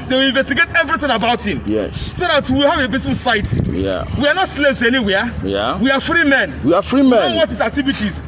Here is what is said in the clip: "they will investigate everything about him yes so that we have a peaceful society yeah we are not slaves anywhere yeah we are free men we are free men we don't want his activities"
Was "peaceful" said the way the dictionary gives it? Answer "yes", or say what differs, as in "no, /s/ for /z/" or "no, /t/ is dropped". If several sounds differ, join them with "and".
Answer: no, /b/ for /p/